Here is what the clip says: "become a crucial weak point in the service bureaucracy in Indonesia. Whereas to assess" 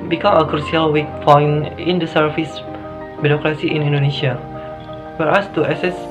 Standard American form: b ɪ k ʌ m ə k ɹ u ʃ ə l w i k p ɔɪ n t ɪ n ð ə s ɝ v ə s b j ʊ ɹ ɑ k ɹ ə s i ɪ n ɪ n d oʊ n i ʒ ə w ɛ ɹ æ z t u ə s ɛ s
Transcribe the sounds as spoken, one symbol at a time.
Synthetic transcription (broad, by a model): b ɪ k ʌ m ə k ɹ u s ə l w i k f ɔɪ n ɪ n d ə s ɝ f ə s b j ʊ ɹ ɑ k ɹ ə s i ɪ n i n d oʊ n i ʃ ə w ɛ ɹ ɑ s t u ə s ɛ s